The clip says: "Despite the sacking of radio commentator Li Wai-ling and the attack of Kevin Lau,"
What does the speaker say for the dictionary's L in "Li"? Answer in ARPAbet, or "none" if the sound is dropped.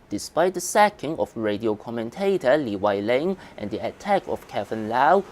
L